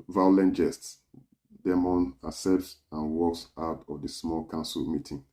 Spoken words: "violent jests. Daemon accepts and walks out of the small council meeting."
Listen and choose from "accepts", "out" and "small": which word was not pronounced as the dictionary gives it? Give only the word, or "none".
accepts